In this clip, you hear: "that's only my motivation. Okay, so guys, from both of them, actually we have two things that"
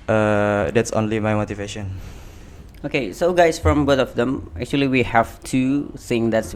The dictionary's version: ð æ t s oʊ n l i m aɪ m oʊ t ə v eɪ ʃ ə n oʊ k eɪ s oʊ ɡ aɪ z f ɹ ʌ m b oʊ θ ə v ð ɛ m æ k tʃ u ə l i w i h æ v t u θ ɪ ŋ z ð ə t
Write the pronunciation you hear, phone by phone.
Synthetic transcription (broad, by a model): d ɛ t s oʊ n l i m aɪ m oʊ t ə v eɪ ʃ ə n oʊ k eɪ s oʊ ɡ aɪ s f ɹ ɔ m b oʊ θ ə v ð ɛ m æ k tʃ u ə l i w i h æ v t u s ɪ ŋ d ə t